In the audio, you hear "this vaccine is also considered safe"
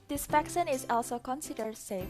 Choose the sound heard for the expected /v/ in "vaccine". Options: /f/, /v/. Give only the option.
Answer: /f/